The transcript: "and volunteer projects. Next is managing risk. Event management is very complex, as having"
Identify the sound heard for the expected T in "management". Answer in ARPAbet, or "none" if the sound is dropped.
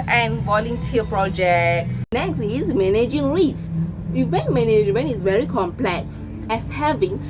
none